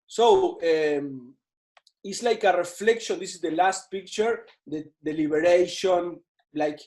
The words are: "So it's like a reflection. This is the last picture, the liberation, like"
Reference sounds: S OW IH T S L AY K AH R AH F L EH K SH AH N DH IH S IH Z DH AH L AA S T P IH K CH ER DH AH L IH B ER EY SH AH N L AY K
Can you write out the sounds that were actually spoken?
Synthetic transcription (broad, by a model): S OW IH T S L AY K AH R AH F L EH K SH AH N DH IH S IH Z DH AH L AA S T P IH K CH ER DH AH L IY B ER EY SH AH N L AY K